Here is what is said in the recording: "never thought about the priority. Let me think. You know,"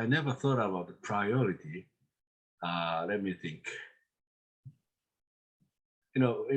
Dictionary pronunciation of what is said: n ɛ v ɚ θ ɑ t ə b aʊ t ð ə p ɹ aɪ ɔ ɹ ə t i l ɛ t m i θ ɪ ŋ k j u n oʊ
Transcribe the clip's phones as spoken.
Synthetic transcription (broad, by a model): n ɛ v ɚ θ ɑ t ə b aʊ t ð ə p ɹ aɪ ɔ ɹ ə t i l ɛ t m i θ ɪ ŋ k j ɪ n oʊ